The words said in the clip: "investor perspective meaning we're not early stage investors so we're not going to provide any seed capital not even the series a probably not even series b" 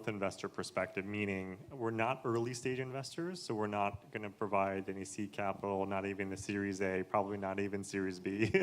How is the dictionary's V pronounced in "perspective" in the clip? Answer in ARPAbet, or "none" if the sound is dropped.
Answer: V